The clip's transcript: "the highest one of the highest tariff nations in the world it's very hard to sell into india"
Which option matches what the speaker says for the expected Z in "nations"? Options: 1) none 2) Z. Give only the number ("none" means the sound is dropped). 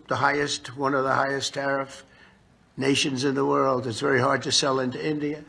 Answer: 2